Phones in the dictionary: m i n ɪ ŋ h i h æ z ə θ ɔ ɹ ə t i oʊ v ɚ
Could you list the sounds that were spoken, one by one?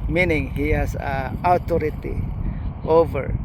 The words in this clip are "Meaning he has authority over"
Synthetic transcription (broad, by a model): m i n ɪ ŋ h i h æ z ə t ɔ ɹ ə t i oʊ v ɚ